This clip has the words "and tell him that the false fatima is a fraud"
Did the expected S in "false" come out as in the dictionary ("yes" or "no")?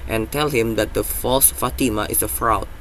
yes